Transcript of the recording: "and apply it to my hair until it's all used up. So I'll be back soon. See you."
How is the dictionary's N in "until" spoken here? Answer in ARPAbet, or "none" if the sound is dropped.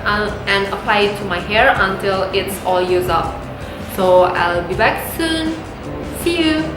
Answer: N